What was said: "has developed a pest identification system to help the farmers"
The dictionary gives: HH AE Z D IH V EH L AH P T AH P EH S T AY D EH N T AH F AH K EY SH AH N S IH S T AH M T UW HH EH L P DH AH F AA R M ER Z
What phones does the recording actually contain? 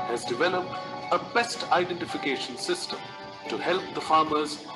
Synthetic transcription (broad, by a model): HH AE Z D IH V EH L AH P T AH B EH S T AY D EH N T AH F AH K EY SH AH N S IH S T AH M T UW HH EH L P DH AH F AA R M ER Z